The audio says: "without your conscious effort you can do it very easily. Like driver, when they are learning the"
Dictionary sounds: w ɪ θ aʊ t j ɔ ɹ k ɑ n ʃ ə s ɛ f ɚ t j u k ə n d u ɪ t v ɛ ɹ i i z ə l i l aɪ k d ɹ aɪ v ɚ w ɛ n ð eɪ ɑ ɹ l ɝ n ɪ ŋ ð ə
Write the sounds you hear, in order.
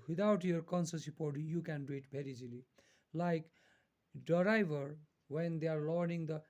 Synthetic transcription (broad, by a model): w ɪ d aʊ t j ɔ ɹ k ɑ n s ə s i p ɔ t j u k ə n d u ɪ t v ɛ ɹ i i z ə l i l aɪ k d ɹ aɪ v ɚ w ɛ n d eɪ ɑ ɹ l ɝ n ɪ ŋ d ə